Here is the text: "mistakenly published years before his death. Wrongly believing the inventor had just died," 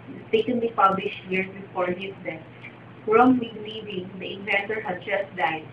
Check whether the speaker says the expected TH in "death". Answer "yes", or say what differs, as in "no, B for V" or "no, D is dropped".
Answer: no, F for TH